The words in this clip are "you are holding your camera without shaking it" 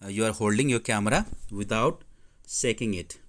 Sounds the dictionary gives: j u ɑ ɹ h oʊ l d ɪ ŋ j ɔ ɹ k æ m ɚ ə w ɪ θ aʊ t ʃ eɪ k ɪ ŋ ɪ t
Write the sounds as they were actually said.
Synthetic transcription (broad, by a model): j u ɑ ɹ h oʊ l d ɪ ŋ j ɔ ɹ k æ m ɚ ə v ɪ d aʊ t s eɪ k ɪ ŋ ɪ t